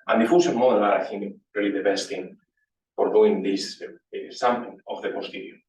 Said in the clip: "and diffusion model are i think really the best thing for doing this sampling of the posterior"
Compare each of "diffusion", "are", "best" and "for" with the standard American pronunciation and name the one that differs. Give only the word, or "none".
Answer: diffusion